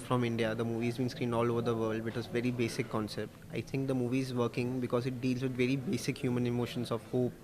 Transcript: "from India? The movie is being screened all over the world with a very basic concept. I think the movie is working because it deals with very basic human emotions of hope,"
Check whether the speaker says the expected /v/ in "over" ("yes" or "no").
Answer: yes